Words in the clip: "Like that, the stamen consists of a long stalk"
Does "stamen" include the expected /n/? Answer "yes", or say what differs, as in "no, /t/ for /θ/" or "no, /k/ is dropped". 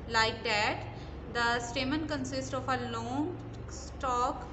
yes